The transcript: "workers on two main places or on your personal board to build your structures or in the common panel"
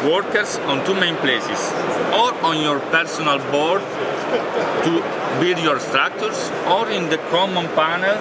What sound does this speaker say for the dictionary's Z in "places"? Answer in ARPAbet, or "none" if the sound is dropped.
S